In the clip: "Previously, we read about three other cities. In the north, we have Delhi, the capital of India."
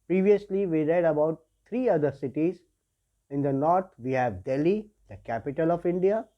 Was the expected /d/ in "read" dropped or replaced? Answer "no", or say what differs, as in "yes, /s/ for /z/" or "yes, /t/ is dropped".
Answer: no